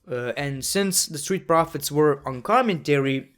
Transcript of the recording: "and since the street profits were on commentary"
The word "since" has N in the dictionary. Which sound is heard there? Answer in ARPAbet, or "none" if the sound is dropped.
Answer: N